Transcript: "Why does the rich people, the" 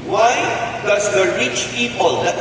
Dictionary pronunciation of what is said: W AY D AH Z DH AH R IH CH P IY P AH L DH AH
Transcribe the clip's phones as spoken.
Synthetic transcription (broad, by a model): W AY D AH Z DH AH R IH CH P IY P AH L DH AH